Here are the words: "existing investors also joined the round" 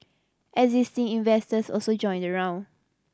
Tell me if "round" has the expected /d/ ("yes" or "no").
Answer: no